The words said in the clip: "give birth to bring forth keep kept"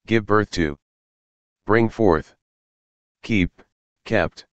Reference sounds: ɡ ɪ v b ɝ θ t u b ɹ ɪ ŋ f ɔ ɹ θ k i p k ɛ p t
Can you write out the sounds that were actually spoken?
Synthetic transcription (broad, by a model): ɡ ɪ v b ɝ θ t u b ɹ ɪ ŋ f ɔ ɹ θ k i p k ɛ p t